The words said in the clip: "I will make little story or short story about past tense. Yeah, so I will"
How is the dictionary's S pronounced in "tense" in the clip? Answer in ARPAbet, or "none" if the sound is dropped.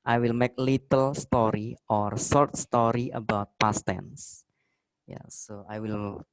S